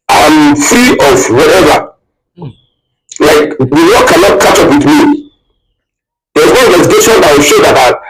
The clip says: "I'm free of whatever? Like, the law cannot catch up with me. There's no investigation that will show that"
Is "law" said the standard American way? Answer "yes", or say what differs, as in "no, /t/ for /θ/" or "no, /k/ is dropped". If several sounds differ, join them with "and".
no, /w/ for /l/